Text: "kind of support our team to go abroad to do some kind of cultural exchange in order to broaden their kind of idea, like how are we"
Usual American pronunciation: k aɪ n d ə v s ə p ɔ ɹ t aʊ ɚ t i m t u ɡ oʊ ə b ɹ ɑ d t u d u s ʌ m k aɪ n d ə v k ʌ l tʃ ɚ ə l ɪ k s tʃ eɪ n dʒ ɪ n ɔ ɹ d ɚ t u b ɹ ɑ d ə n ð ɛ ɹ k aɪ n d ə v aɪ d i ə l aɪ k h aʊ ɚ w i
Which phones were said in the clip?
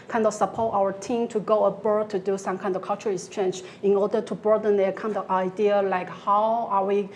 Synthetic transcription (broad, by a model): k aɪ n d ə v s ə p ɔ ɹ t aʊ ɚ t i m t u ɡ oʊ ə b ɑ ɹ t u d u s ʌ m k aɪ n d ə v k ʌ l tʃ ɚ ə ɪ k s tʃ eɪ n dʒ ɪ n ɔ ɹ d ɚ t u b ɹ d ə n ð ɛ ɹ k aɪ n d ə v aɪ d i ə l aɪ k h aʊ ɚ w i